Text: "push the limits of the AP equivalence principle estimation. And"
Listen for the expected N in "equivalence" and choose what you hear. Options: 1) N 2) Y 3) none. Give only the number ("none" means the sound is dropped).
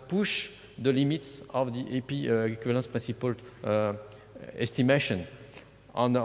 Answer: 3